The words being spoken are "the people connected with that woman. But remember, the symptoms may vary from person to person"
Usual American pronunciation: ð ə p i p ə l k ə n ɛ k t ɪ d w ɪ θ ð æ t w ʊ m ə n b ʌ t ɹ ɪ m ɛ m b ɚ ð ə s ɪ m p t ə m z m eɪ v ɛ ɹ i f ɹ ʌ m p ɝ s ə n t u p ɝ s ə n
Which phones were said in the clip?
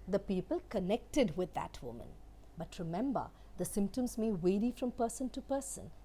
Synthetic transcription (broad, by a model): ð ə p i p ə l k ə n ɛ k t ɪ d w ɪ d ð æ t w ʊ m ə n b ʌ t ɹ ɪ m ɛ m b ɚ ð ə s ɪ m p t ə m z m eɪ w ɛ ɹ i f ɹ ʌ m p ɝ s ə n t u p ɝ s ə n